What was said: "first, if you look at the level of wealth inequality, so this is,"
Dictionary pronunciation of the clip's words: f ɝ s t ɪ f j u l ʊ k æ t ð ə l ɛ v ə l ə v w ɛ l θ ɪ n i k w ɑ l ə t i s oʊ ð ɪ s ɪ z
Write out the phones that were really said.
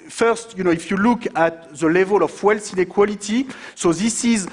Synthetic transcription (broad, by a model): f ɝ s t ɪ f j u l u k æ t ð ə l ɛ v ə l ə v w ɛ l s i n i k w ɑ l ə t i s oʊ ð ɪ s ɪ z